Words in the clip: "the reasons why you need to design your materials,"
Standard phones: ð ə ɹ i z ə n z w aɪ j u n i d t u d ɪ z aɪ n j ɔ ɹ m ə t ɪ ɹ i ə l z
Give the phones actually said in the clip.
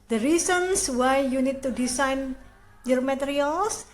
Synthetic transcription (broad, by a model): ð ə ɹ i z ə n s w aɪ j u n i d t u d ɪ s aɪ n j ɔ ɹ m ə t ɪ ɹ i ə l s